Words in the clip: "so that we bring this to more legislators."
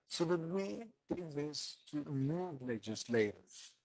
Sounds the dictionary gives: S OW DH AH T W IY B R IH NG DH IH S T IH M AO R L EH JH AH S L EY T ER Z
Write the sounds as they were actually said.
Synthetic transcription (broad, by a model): S OW DH AH T W IY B IH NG DH IH S T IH M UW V L EH JH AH S L EY T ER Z